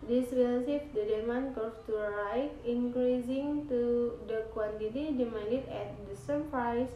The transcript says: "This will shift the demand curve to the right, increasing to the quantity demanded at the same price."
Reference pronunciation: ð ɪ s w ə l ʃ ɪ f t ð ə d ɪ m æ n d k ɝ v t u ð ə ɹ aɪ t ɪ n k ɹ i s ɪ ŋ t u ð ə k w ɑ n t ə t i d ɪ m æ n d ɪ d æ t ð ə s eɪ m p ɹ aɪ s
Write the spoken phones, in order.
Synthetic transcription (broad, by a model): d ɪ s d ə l s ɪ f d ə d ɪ m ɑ n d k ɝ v t u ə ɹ aɪ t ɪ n k ɹ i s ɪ ŋ t u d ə k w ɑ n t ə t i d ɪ m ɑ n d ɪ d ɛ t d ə s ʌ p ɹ aɪ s